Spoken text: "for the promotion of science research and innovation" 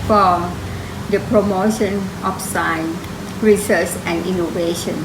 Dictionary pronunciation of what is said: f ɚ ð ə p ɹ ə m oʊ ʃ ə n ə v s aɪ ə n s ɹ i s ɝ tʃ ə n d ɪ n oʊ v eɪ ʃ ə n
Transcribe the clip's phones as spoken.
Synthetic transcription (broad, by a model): f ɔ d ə p ɹ ə m oʊ ʃ ə n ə f s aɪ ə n ɹ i s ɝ s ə n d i n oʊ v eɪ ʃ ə n